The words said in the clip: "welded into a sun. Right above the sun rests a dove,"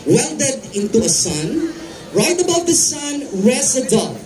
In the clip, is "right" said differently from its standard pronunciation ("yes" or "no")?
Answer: no